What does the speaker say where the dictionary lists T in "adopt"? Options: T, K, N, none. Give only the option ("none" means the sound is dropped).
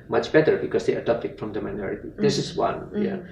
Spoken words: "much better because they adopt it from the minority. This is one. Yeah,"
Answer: none